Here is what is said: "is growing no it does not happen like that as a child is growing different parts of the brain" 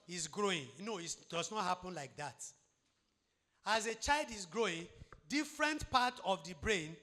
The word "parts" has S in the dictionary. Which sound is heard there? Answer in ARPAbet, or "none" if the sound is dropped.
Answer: none